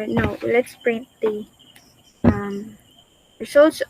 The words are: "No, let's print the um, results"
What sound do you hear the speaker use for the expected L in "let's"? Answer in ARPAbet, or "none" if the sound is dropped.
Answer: L